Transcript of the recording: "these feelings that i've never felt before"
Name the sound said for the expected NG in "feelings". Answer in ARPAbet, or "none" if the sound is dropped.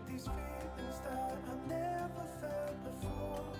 none